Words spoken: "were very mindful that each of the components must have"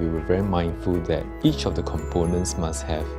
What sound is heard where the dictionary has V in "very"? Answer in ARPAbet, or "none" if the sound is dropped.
V